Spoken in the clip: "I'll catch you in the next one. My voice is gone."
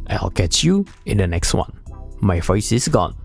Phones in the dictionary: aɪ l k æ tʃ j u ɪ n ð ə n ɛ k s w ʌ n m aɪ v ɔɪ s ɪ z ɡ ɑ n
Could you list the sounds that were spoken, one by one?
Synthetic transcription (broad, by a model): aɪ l k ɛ tʃ j u ɪ n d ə n ɛ k s w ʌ n m aɪ f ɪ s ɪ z ɡ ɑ n